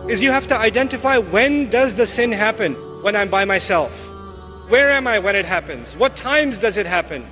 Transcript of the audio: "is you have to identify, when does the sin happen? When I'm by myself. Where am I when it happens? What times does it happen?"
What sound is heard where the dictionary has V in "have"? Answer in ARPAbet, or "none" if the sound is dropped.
F